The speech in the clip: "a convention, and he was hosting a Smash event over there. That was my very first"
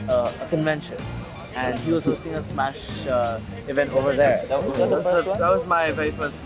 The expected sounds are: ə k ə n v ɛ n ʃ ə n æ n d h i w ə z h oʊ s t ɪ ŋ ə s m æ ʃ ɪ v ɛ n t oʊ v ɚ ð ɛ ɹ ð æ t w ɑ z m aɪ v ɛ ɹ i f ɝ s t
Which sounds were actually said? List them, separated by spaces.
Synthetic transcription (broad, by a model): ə k ə n v ɛ n ʃ ə n æ n d h i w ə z h oʊ s t ɪ ŋ ə s m æ ʃ ɪ v ɛ n t oʊ v ɚ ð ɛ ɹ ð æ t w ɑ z m aɪ v ɛ ɹ i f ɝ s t